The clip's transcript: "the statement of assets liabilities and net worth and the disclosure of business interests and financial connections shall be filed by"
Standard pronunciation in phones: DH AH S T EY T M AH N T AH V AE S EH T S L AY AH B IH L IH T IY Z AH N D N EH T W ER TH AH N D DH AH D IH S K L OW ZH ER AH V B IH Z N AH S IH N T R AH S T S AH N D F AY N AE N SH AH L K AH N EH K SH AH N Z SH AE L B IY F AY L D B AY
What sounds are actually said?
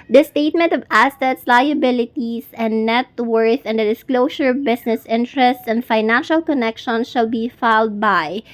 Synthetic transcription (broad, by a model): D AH S T EY T M AH N T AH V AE S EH T S L AY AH B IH L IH T IY S AH N D N EH T W ER TH AH N D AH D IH S K L OW S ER AH V B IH S N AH S IH N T R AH S T S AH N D F AY N AE N SH AH L K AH N EH K SH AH N SH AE L B IY F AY L D B AY